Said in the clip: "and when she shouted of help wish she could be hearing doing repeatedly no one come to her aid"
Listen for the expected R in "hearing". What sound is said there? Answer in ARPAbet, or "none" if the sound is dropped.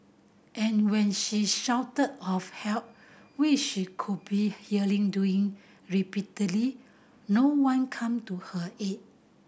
L